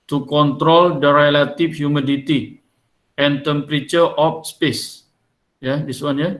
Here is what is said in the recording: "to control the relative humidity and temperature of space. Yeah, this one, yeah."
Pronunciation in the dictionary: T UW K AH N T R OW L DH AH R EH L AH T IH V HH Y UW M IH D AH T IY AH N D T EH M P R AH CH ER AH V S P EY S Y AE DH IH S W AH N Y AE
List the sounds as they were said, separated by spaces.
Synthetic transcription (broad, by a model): T UW K AH N T R OW L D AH R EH L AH T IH F HH Y UW M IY D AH T IY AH N T EH M P R AH CH ER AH F S P EY S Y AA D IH S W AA N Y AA